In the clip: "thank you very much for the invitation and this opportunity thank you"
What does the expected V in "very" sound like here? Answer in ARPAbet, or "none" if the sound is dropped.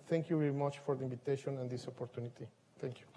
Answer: V